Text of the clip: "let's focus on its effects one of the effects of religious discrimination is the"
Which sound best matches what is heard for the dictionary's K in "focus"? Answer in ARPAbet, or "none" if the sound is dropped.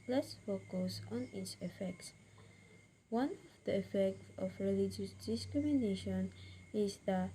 K